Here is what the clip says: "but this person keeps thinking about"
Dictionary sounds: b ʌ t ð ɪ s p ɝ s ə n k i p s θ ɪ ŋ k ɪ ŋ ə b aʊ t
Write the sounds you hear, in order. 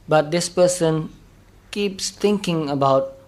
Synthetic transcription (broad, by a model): b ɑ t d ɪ s p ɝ s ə n k i p s t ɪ ŋ k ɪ ŋ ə b aʊ t